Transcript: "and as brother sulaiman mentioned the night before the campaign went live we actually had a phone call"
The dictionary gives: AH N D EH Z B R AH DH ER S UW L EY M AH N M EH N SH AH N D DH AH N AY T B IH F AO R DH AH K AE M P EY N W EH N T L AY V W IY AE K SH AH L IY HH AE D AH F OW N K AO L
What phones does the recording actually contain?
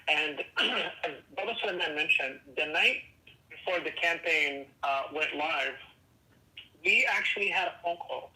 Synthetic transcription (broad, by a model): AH N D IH Z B AH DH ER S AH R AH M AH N M EH N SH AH N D DH AH N AY T B IH F AO R DH AH K AE M P EY N W EH N T L AY V W IY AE K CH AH L IY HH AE D AH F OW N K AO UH